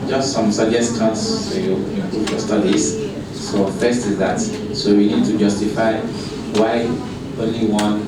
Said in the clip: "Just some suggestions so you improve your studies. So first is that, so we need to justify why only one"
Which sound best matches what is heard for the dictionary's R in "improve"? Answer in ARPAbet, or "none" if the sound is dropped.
none